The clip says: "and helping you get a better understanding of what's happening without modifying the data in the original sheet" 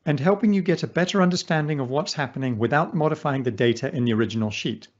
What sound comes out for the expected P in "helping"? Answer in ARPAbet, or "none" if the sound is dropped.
P